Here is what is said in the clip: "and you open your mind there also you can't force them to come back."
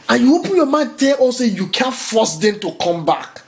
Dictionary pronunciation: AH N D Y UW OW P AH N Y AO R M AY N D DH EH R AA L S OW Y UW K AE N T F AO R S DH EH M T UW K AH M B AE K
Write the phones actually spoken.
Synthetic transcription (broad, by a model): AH N Y UW OW P AH N Y AO M AY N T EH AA S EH Y UW K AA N F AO S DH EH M T UW K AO M B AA K